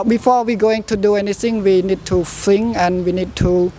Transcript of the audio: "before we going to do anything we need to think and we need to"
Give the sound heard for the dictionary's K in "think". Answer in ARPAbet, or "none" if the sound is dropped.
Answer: none